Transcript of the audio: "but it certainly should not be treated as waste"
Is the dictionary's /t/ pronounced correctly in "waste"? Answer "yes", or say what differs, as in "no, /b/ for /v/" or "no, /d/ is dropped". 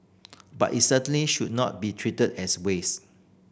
no, /t/ is dropped